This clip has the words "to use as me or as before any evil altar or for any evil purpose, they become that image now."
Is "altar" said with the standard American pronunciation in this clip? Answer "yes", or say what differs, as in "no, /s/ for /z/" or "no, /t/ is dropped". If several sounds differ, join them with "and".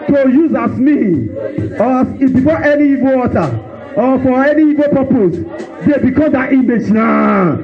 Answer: no, /l/ is dropped